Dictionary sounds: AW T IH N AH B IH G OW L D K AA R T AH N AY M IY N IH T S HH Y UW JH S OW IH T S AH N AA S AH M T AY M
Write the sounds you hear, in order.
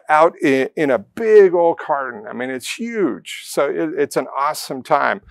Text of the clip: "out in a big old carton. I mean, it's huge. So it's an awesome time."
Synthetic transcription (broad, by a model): AW T IH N AH B IH G OW L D K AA R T N AY M IY N IH T S HH Y UW JH S OW IH T S AH N AA S AH M T AY M